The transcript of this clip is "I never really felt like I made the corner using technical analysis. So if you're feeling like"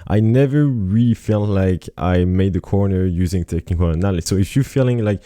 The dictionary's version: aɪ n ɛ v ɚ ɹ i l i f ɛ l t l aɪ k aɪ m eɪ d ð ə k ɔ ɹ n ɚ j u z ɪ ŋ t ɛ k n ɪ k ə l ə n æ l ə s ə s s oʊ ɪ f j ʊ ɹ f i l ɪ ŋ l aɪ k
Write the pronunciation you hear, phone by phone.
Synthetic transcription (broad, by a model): aɪ n ɛ v ɚ ɹ i l i f ɛ l t l aɪ k aɪ m eɪ d ð ə k ɔ ɹ n ɚ j u z ɪ ŋ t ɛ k ɪ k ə n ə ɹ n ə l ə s s oʊ ɪ f j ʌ ɹ f i l ɪ ŋ l aɪ k